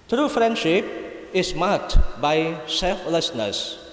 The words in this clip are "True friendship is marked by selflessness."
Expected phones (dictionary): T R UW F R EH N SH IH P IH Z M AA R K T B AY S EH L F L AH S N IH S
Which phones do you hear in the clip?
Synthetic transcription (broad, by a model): T R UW F R EH N SH IH P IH S M AA K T B AY S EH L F L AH S N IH S